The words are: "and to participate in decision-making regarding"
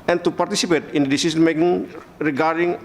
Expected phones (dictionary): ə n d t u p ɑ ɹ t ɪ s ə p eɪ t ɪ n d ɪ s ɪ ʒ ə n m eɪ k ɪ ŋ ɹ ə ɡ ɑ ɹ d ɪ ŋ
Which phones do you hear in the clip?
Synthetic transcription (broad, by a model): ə n t u p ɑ ɹ t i s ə p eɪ t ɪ n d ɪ s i s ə n m eɪ k ɪ ŋ ɹ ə ɡ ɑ ɹ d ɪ ŋ